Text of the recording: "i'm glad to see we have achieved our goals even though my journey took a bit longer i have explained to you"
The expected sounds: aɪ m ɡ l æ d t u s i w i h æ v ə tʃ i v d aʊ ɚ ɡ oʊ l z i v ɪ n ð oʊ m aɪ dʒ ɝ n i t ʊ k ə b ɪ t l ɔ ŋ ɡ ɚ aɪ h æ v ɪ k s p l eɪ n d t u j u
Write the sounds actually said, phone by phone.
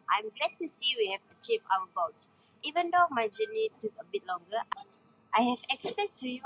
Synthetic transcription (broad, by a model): aɪ m ɡ l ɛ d t u s i w i h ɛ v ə tʃ i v aʊ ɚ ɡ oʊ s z i v ɪ n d oʊ m aɪ dʒ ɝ n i t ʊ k ə b ɪ t l ɔ ŋ ɡ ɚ aɪ h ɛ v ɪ k s p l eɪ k t u j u